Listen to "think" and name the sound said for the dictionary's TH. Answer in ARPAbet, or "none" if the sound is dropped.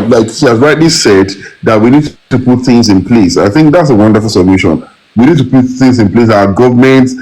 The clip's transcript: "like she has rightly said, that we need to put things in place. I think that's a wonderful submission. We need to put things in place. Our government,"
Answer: TH